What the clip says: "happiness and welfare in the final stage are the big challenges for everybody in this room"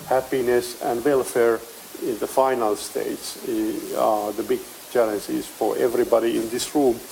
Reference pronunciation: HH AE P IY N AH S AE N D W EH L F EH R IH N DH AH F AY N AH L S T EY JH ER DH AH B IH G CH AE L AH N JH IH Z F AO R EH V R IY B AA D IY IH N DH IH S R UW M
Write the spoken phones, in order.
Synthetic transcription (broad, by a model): HH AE P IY N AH S AE N D W EH L F EH R IH N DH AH F AY N AH L S T EY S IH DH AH B IH G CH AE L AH N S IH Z F AO R EH V R IY B AA D IY IH N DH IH S R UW M